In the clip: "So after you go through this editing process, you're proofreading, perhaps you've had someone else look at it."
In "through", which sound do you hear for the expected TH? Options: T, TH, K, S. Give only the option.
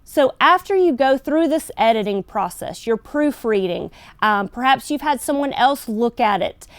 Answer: TH